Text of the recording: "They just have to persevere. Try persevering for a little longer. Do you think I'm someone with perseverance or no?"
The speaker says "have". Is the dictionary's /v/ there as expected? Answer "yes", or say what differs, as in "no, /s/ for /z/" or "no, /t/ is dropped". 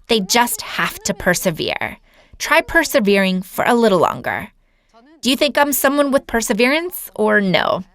no, /f/ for /v/